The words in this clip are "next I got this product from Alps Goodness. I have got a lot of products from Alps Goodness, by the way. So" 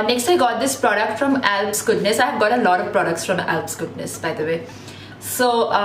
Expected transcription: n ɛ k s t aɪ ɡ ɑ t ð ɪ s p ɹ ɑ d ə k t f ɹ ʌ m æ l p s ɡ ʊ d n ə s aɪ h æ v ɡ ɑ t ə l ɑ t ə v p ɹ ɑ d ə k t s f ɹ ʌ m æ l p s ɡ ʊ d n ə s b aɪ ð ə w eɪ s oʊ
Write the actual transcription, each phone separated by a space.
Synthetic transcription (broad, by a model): n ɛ k s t aɪ ɡ ɑ t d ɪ s p ɹ ɑ d ə k t f ɹ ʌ m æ l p s ɡ ʊ d n ə s aɪ h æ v ɡ ɑ t ə l ɑ t ə v p ɹ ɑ d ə k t s f ɹ ʌ m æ l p s ɡ ʊ d n ə s b aɪ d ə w eɪ s oʊ